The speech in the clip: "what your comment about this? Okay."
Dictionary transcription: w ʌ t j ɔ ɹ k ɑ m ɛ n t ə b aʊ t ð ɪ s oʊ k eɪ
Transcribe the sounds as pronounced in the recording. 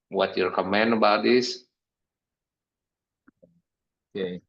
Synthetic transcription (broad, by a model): w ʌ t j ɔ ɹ k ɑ m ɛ n ə b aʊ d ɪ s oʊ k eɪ